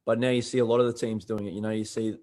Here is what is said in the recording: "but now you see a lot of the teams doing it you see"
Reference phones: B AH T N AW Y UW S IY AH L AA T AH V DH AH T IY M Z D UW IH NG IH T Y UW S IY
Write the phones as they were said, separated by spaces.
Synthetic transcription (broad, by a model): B AH T N AW Y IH S IY AH L AA T AH V DH AH T IY M Z D UW IH NG IH T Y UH S IY